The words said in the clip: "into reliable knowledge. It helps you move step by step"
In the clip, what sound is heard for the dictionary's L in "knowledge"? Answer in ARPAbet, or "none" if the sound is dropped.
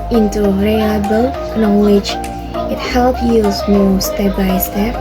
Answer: W